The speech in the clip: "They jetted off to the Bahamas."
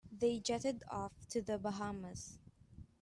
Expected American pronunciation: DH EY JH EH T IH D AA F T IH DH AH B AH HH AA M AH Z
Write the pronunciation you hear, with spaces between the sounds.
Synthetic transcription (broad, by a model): DH EY JH EH T IH D AA F T IH DH AH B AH HH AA M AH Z